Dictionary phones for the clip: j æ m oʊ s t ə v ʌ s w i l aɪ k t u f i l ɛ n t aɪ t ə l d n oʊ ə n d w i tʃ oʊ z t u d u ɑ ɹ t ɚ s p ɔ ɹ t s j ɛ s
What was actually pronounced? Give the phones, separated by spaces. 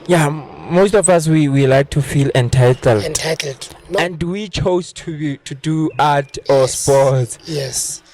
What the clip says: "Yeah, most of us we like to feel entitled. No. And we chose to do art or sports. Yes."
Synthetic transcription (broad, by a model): j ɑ m oʊ s t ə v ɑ s w i l aɪ k t u f i l ɛ n t aɪ t ə l d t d ə n d w i tʃ oʊ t t u d u ɑ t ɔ s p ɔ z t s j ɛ s